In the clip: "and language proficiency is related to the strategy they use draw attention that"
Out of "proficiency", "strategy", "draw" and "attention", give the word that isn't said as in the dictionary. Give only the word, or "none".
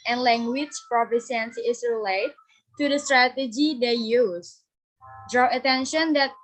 proficiency